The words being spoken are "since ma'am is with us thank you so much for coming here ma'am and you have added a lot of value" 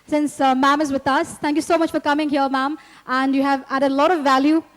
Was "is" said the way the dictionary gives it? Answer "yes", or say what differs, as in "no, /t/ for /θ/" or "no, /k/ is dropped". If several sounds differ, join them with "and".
yes